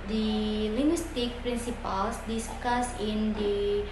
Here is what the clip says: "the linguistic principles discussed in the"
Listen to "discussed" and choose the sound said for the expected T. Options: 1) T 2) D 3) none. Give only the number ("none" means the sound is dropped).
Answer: 3